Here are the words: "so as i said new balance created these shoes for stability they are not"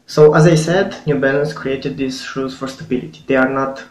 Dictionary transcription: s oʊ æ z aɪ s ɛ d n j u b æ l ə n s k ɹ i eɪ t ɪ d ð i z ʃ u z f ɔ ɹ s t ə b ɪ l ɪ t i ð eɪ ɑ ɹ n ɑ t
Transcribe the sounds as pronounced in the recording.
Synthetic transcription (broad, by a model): s oʊ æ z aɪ s ɛ d n j u b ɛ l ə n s k ɹ i eɪ t ɪ d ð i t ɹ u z f ɔ ɹ s t ə b ɪ l ɪ t i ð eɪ ɑ ɹ n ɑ t